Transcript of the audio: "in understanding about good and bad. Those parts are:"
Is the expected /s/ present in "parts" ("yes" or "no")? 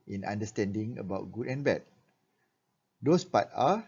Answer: no